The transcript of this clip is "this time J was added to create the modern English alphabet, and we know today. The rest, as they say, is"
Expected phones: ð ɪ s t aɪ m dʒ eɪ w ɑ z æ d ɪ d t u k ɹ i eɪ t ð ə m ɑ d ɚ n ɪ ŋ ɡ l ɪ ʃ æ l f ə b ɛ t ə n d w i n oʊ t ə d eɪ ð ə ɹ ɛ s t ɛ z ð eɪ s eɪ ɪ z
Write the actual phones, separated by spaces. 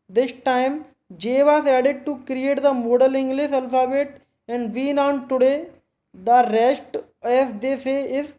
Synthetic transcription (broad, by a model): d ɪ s t aɪ m dʒ eɪ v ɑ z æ d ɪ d t u k ɹ i eɪ t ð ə m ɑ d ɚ l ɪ ŋ ɡ l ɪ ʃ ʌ l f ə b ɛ t ə n d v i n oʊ t ə d eɪ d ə ɹ ɛ s t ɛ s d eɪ s eɪ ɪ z